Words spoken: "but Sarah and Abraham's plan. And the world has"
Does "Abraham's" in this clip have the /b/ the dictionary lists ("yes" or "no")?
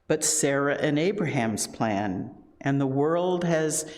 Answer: yes